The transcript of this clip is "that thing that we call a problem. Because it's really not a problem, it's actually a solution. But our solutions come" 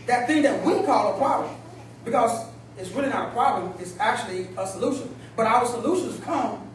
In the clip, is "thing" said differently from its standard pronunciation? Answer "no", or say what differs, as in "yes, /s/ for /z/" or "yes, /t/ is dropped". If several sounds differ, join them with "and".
no